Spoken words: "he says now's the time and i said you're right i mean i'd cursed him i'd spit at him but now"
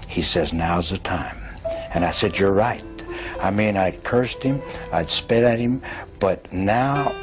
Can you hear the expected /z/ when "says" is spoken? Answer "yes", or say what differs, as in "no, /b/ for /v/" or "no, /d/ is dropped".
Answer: yes